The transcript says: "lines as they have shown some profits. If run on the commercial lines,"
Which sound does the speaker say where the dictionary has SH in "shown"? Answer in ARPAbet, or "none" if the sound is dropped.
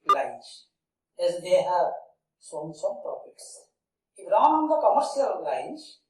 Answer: S